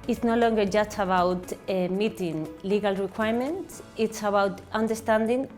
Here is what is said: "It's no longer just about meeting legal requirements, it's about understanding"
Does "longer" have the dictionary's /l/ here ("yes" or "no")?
yes